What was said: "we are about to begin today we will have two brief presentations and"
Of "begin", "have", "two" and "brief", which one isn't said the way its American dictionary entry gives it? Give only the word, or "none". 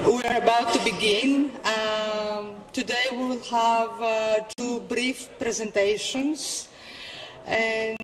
none